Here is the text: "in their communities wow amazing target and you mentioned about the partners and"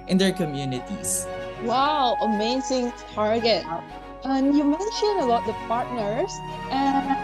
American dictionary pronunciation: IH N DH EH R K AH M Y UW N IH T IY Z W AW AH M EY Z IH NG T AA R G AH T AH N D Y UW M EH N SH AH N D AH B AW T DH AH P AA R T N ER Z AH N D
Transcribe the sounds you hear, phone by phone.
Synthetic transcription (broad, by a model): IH N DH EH R K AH M Y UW N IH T IY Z W AW AH M EY Z IH NG T AA R G AH T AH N Y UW M EH N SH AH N AH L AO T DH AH P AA R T N ER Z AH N